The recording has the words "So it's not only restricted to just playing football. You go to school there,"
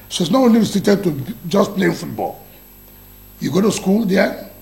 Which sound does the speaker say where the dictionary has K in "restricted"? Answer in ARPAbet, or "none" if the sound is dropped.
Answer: none